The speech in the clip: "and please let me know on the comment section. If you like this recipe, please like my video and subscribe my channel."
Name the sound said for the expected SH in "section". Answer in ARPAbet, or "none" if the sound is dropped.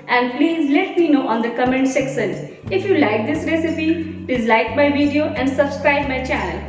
S